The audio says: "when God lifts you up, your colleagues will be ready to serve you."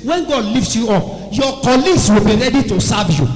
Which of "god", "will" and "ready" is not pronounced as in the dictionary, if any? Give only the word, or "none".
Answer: none